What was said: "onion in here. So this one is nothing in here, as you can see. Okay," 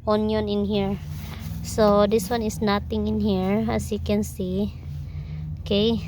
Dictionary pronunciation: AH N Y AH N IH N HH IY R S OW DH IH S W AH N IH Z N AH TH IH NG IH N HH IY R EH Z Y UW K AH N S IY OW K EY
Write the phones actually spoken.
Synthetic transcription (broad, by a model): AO N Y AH N IH N HH IY R S OW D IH S W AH N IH S N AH T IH NG IH N HH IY R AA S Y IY K AH N S IY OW K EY